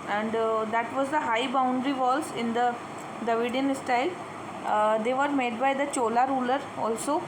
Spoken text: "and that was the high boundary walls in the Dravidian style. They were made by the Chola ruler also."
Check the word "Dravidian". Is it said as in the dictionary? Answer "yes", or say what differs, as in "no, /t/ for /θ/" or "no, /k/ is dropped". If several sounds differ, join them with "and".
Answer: no, /ɹ/ is dropped